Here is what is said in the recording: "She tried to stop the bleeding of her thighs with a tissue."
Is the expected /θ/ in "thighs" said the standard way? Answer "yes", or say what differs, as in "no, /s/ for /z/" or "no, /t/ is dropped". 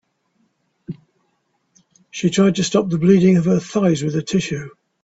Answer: yes